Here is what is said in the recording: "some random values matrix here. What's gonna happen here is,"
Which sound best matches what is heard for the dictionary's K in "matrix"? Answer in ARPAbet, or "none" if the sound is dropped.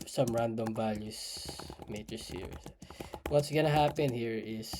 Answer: none